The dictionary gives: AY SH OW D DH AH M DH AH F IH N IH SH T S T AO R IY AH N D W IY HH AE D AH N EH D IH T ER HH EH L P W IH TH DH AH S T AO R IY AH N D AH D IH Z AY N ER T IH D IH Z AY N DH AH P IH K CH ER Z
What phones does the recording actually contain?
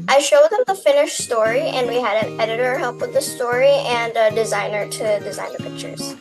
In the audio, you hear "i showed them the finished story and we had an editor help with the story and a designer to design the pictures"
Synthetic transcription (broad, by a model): AY SH OW D DH AH M DH AH F IH N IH SH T S T AO R IY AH N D W IY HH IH D AH N EH D IH T ER HH EH L P W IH DH AH S T AO R IY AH N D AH D IH Z AY N ER T IH D IH Z AY N DH AH P IH K CH ER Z